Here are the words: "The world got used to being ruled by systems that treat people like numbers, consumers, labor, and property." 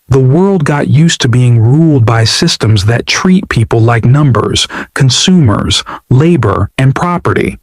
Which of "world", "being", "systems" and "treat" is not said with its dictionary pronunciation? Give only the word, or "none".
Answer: none